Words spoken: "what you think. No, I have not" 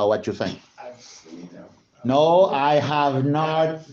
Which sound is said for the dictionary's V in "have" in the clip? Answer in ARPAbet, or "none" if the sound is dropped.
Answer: V